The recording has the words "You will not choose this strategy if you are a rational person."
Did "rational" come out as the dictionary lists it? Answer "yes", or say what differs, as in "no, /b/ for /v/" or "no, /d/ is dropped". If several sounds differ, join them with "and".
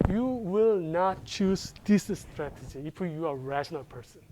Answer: yes